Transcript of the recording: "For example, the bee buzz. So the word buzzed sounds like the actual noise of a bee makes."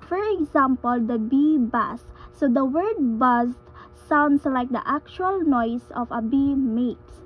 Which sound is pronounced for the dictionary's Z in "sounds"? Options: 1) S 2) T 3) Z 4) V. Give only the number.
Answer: 1